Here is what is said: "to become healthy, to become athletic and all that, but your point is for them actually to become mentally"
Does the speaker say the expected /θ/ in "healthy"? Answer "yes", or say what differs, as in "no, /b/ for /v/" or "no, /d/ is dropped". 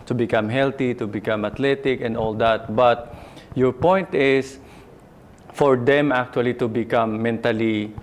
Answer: no, /t/ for /θ/